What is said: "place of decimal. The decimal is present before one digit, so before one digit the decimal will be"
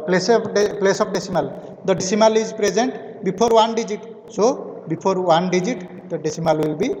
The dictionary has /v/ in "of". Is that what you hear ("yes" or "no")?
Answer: no